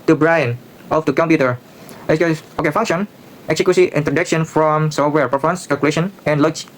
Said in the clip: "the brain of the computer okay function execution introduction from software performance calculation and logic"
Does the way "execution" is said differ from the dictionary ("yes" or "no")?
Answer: yes